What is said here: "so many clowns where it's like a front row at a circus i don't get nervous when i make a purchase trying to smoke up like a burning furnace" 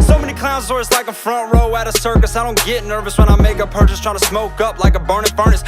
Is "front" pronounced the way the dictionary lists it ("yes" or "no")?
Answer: yes